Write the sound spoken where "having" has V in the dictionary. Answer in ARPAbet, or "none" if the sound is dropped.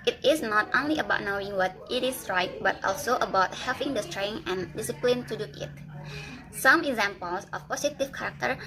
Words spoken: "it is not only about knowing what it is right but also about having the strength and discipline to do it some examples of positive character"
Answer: P